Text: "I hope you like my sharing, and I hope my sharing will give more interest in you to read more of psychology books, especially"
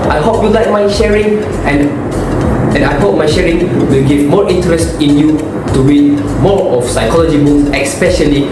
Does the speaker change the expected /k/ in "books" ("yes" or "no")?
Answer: yes